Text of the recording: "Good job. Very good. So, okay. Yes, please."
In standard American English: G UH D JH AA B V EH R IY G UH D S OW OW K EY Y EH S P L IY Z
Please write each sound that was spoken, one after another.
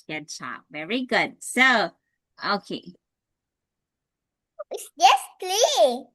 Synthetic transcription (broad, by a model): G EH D CH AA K V EH R IY G UH D S OW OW K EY Y EH S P L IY